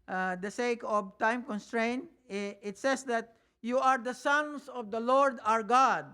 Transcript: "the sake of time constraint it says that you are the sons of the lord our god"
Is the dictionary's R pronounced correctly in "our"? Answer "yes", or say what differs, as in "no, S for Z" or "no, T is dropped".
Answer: yes